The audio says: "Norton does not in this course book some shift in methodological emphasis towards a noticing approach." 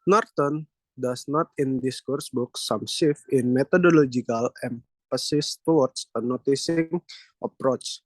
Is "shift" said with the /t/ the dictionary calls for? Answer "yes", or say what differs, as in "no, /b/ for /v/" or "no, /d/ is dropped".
no, /t/ is dropped